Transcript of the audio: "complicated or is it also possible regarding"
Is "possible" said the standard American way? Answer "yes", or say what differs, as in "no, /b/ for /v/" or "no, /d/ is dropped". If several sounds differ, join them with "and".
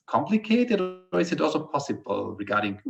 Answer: yes